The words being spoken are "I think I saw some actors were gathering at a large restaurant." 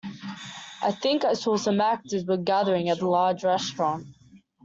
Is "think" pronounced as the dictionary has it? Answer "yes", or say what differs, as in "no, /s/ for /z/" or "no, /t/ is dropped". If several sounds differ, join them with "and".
yes